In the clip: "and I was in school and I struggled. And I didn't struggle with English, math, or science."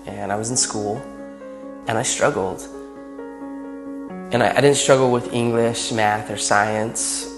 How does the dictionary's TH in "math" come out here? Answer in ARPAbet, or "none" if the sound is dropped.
TH